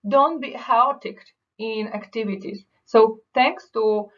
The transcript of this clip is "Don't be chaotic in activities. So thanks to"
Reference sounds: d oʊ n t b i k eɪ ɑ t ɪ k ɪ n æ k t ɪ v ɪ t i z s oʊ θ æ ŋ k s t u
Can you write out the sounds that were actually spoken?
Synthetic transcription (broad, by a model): d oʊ n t b i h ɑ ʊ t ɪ k ɪ n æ k t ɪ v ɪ t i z s oʊ t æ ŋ k s t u